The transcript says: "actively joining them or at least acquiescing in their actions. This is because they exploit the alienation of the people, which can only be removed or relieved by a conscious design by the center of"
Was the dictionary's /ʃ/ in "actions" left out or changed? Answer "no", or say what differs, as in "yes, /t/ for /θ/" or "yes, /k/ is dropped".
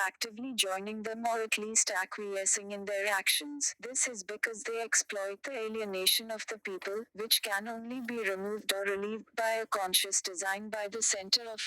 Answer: no